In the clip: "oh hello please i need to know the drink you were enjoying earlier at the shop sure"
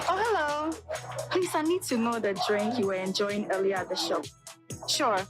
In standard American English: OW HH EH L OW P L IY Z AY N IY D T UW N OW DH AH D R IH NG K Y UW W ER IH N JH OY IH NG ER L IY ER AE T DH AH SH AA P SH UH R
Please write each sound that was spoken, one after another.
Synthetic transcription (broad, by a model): OW HH EH L OW P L IY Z AY N IY D T UW N OW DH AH D R IH NG K Y UW W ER IH N JH OY IH NG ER L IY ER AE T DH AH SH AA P SH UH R